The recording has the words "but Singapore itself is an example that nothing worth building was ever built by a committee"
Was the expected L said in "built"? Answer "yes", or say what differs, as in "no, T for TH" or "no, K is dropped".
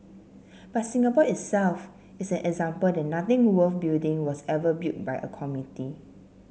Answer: no, L is dropped